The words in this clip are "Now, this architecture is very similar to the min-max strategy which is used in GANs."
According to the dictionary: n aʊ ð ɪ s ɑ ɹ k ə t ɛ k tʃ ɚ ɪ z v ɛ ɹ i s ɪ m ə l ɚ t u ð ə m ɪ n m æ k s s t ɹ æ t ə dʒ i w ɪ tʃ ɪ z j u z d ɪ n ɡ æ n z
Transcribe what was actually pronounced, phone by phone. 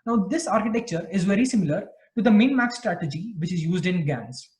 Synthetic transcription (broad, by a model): n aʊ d ɪ s ɑ ɹ k ə t ɛ k tʃ ɚ ɪ z v ɛ ɹ i s ɪ m ə l ɚ t u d ə m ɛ n m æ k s s t ɹ æ t ə dʒ i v ɪ tʃ ɪ z j u z d ɪ n ɡ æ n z